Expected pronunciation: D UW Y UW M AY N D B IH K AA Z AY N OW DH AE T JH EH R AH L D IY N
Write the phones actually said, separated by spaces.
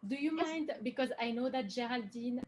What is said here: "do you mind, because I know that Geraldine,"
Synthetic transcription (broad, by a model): D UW Y UW M AY N D B IH K AA Z AY N OW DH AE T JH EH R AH L D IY N